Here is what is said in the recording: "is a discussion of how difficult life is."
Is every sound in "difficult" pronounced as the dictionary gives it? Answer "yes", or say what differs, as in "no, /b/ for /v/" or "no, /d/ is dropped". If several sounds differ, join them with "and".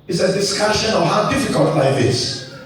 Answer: yes